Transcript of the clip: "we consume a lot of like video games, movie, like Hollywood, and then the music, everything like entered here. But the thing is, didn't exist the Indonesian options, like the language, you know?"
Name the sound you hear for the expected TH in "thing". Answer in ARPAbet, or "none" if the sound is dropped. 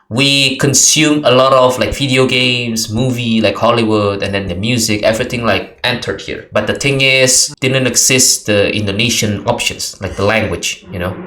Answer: T